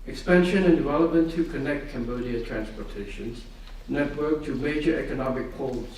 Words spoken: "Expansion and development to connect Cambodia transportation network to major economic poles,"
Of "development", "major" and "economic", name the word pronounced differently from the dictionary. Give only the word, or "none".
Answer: none